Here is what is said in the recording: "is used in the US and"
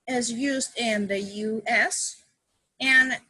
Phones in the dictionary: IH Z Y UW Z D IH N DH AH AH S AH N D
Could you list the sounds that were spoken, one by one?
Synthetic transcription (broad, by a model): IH Z Y UW Z D IH N DH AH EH S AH N